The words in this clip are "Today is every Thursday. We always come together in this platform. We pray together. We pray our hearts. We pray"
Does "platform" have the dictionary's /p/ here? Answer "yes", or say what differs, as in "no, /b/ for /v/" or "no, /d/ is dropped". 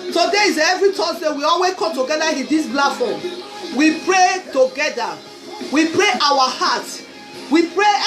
no, /b/ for /p/